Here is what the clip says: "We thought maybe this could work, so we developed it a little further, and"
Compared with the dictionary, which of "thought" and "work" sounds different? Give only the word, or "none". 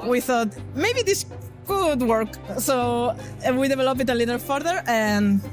none